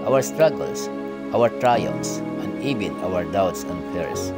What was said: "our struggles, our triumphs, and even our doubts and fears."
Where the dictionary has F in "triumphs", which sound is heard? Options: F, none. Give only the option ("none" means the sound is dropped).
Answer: none